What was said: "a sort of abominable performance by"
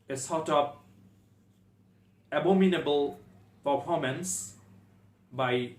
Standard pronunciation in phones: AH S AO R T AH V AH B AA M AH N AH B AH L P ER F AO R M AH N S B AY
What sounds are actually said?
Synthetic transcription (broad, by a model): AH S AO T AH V AH B AA M AH N AH B AH L P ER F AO M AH N S B AY